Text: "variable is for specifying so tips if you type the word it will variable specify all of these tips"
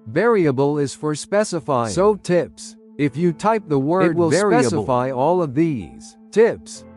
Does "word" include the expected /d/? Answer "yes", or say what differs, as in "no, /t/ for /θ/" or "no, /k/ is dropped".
no, /d/ is dropped